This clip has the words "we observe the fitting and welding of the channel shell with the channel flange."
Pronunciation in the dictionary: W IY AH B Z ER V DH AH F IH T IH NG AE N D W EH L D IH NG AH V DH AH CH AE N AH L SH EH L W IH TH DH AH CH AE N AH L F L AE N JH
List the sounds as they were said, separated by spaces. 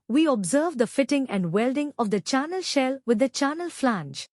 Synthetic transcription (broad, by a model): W IY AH B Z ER V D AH F IH T IH NG AE N D W EH L D IH NG AH V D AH CH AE N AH L SH EH L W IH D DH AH CH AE N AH L F L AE N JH